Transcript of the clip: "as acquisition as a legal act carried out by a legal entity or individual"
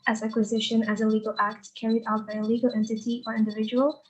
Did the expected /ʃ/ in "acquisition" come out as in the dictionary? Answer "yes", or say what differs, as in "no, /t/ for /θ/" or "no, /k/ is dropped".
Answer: yes